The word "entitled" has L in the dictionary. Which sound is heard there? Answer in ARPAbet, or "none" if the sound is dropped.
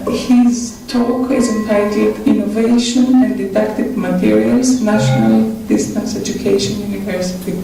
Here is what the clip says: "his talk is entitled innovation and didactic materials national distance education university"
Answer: none